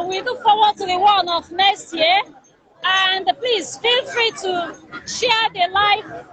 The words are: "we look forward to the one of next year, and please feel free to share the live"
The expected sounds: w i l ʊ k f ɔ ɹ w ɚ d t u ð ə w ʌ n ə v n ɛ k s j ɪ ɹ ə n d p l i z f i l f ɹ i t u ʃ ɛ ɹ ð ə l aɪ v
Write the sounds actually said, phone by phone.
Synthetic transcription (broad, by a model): w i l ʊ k f ɔ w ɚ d t u ð ə w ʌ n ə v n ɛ s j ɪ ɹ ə n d p l i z f i l f ɹ i t u ʃ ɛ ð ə l aɪ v